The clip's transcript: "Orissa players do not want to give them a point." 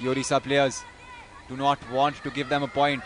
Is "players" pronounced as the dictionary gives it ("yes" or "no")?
yes